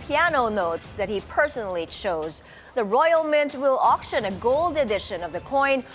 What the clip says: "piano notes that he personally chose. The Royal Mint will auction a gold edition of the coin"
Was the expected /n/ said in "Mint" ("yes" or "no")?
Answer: yes